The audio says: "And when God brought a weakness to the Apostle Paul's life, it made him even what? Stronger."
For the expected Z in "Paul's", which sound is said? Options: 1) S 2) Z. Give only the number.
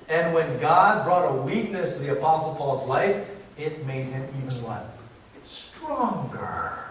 2